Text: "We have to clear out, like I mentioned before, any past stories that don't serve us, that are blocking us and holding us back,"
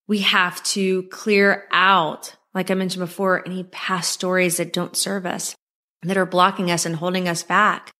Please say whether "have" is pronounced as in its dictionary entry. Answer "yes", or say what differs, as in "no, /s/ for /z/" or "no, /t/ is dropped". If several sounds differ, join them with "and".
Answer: no, /f/ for /v/